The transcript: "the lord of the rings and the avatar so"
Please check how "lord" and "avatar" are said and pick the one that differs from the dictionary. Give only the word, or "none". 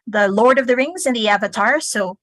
none